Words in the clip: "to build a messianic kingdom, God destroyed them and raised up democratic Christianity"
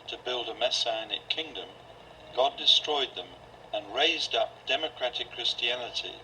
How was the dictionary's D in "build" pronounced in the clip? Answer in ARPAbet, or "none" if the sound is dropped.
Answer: D